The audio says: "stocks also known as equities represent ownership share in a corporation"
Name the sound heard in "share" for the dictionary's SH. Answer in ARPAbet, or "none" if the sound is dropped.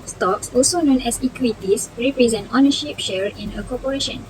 SH